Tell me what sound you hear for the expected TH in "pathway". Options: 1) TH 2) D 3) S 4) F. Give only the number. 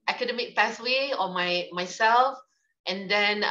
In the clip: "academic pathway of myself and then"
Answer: 3